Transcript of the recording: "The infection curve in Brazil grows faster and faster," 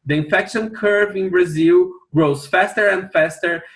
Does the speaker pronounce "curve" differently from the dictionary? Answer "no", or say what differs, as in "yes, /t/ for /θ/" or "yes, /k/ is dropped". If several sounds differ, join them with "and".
no